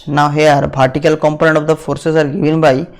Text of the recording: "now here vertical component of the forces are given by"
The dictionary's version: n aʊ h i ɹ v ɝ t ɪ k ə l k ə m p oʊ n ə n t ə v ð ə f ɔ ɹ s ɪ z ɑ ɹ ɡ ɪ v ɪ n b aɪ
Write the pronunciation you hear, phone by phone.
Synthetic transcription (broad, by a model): n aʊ h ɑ ɹ p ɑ t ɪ k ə l k ə m p oʊ n ə n t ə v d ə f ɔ ɹ s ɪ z ɑ ɹ ɡ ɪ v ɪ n b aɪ